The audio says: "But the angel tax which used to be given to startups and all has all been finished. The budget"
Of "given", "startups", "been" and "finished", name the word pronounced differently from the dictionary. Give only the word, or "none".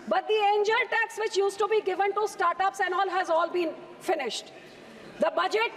none